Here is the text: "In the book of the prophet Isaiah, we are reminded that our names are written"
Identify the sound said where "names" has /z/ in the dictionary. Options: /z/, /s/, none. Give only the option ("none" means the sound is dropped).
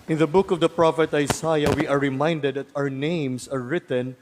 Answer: /s/